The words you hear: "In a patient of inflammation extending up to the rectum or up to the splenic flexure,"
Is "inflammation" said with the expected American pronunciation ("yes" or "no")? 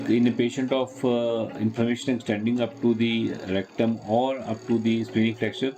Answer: no